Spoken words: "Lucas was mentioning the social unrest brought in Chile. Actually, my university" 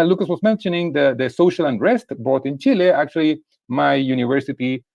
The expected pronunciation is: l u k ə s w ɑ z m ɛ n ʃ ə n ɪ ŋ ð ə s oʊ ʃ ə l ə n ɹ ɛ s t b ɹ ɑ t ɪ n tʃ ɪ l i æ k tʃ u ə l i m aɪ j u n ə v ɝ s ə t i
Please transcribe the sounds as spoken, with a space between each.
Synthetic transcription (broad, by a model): l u k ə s w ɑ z m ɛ n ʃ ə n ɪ ŋ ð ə s oʊ ʃ ə l ə n ɹ ɛ s t b ɑ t ɪ n tʃ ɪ l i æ k tʃ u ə l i m aɪ j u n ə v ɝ s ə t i